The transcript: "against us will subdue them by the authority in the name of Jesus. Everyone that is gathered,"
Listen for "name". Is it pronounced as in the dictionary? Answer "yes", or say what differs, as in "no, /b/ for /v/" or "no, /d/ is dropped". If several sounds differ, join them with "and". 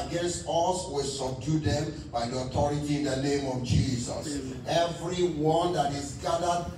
yes